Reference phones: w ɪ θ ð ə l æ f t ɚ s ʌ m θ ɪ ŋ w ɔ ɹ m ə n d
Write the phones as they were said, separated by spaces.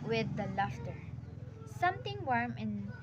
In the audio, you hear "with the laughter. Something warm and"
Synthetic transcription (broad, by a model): w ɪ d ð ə l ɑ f t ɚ s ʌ m t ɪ ŋ w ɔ ɹ m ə n